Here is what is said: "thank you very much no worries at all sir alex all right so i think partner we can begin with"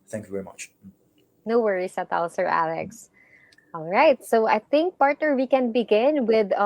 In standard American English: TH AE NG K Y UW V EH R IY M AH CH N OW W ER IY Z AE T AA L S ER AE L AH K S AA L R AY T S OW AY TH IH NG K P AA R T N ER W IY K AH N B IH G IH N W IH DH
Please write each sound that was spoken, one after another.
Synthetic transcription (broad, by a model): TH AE NG K Y UW V EH R IY M AH CH N OW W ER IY S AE T AA L S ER AE L AH K S AA L R AY T S OW AY TH IH NG K P AA R T N ER W IY K AH N B IH G IH N W IH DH